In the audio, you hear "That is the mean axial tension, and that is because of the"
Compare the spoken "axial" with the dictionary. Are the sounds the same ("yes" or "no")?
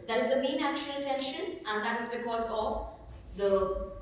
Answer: no